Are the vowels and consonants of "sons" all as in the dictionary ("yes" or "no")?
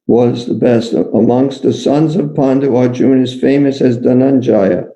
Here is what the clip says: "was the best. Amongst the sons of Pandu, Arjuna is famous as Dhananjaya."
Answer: yes